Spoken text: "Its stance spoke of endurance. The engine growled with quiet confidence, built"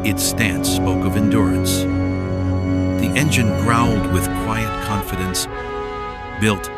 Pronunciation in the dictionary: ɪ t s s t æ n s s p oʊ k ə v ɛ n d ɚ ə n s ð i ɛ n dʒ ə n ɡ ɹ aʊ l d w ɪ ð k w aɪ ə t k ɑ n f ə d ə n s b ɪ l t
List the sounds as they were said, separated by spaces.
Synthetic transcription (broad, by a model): ɪ t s s t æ n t s p oʊ k ə v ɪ n d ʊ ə n s ð i ɛ n dʒ ə n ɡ ɹ aʊ n d w ɪ ð k w aɪ ə t k ɑ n f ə d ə n s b ɪ l t